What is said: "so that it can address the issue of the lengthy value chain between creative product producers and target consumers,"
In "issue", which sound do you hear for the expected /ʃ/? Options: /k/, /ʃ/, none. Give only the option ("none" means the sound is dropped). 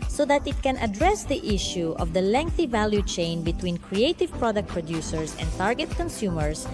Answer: /ʃ/